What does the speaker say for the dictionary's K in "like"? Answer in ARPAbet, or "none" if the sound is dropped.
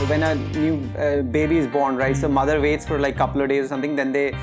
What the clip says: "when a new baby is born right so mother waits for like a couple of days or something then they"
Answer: none